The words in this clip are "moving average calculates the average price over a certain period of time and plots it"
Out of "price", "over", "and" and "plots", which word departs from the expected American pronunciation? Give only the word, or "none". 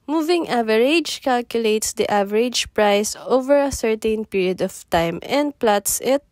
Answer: none